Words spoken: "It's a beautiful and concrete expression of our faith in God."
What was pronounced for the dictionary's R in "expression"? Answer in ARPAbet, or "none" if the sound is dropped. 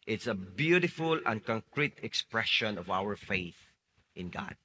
R